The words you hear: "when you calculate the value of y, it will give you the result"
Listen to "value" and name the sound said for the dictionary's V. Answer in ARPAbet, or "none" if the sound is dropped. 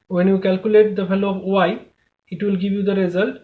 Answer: F